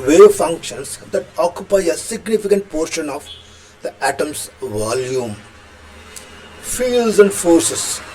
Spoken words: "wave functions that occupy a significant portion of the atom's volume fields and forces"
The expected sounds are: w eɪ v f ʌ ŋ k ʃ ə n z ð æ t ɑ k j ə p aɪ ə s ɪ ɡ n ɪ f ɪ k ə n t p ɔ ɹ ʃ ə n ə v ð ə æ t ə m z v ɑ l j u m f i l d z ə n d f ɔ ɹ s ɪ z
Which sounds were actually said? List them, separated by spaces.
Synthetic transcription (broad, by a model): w eɪ f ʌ ŋ k ʃ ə n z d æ t ɑ k j ə p aɪ ə s ɪ ɡ n ɪ f ɪ k ə n t p ɔ ɹ ʃ ə n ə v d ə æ t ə m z v ɑ l j u m f i l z ə n d f ɔ ɹ s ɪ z